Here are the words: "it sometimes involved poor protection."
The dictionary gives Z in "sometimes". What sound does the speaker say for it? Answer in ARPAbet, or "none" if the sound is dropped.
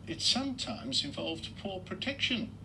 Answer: Z